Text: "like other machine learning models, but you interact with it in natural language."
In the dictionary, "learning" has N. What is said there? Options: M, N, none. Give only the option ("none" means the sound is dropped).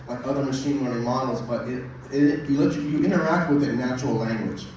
none